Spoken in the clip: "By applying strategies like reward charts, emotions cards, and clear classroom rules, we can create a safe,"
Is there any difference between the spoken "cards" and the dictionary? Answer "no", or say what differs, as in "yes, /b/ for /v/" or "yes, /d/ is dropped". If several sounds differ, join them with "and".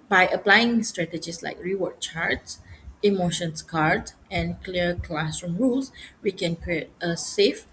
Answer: yes, /z/ is dropped